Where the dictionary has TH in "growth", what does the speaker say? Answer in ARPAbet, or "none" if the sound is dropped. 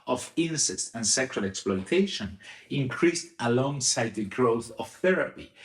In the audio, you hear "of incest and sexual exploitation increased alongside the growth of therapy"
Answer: TH